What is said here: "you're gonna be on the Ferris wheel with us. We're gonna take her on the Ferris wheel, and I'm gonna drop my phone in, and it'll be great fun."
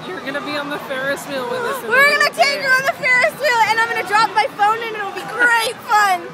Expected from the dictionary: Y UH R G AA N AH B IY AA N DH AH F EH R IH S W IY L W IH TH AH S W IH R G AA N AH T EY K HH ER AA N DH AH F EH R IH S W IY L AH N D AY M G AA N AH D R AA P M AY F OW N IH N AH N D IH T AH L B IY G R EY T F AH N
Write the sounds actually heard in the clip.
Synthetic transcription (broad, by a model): Y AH R G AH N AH B IY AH N DH AH F EH R IH S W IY L W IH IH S W IH R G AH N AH T EY K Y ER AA N DH AH F EH R IH S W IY L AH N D AY M G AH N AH D R AA P M AY F OW IH N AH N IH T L B IY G R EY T F AH N